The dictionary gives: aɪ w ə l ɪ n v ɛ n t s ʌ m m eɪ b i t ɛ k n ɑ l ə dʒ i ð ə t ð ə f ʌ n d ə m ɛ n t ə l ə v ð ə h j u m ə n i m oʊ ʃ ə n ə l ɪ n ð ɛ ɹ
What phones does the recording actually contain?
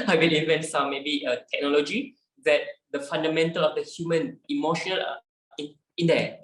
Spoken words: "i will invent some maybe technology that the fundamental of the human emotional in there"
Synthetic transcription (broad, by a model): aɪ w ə n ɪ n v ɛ n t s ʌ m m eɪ b i t ɛ k n ɑ l ə dʒ i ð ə t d ə f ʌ n d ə m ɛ n t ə l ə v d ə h j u m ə n i m oʊ ʃ ə n ə l ɪ n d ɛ